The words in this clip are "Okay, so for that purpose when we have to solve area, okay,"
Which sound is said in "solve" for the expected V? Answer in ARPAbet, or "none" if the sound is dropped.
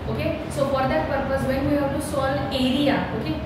none